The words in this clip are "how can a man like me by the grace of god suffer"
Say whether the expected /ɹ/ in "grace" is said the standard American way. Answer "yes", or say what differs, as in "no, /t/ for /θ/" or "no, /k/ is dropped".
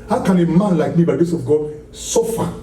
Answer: no, /ɹ/ is dropped